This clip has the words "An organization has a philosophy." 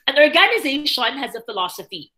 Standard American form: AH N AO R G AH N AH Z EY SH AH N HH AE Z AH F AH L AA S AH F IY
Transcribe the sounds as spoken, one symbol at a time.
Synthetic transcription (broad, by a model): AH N AO R G AH N AH Z EY SH AH N HH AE Z AH F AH L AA S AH F IY